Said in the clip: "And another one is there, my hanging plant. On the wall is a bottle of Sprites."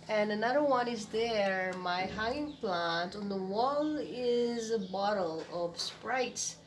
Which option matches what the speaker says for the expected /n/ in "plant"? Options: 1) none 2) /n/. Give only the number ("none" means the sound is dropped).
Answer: 2